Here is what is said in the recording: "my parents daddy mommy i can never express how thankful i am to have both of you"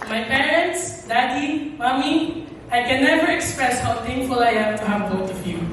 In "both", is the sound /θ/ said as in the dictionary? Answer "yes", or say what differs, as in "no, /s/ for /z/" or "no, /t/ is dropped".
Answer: no, /t/ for /θ/